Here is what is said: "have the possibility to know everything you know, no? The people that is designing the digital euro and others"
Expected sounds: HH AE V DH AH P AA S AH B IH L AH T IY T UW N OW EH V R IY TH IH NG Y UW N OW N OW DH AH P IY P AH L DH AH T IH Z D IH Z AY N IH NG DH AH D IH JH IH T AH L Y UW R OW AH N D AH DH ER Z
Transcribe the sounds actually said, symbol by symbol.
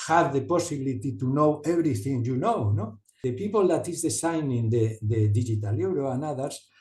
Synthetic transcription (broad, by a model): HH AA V DH AH P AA S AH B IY L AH T IY T UW N OW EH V R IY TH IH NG Y UW N OW N OW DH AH P IY P AH L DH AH T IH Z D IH S AY N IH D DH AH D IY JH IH T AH L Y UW R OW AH N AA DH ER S